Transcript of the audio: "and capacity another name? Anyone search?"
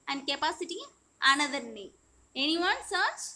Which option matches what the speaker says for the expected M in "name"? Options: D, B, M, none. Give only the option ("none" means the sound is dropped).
none